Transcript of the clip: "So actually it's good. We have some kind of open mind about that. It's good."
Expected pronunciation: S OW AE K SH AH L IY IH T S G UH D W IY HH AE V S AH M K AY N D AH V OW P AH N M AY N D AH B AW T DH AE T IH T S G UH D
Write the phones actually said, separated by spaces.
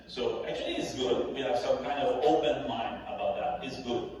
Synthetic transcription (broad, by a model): S OW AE K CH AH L IY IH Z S G UH D W IY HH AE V S AH M K AY N D AH V OW P AH N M AY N AH B AW T DH AE T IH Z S G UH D